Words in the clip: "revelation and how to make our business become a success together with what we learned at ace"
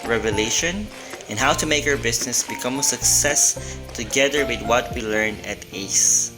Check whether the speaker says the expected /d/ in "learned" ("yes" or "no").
no